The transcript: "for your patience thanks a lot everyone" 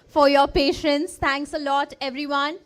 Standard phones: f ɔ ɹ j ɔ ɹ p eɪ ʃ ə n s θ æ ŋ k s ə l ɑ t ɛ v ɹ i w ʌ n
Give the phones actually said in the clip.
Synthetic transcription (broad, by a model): f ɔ ɹ j ɔ ɹ p eɪ ʃ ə n s t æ ŋ k s ə l ɑ t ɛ v ɹ i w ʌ n